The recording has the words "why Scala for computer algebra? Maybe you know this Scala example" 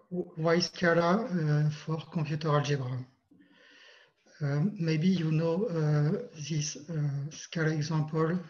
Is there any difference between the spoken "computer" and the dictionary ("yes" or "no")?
yes